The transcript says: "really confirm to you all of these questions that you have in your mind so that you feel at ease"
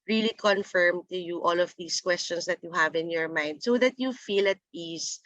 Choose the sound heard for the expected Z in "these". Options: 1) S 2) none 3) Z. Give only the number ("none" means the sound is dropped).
1